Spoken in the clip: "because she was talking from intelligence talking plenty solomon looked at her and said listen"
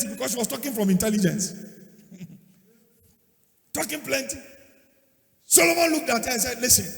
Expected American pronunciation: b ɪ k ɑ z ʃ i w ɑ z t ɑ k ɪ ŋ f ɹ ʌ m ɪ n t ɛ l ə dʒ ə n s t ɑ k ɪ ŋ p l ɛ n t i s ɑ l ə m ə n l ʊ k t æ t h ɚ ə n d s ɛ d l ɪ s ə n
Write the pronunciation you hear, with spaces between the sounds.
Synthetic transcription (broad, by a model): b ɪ k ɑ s ʃ i w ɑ s t ɑ k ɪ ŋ f ɹ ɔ m ɪ n t ɛ l ə dʒ ə n s t ɑ k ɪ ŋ p l ɛ n t i s ɑ l ə m ə n l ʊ k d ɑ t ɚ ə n s ɛ d l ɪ s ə n